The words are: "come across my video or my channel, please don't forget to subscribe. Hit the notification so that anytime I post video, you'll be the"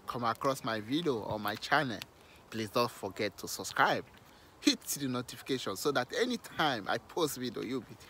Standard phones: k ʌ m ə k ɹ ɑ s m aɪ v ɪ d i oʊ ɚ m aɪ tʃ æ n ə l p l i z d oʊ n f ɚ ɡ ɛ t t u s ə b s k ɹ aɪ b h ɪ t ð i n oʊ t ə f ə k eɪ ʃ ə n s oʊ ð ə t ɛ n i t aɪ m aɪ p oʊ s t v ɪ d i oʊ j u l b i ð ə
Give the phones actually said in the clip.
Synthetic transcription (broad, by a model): k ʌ m ə k ɹ ɑ s m aɪ v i d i oʊ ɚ m aɪ tʃ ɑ n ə l p l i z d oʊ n f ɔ ɡ ɛ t t u s ə b s k ɹ aɪ b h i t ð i n oʊ t ə f ə k eɪ ʃ ə n s oʊ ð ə t ɛ n i t aɪ m aɪ p oʊ s t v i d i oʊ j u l b i